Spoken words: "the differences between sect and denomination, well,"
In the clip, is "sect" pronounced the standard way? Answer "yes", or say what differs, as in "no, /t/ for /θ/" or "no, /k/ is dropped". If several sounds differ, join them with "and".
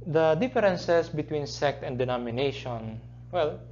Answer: yes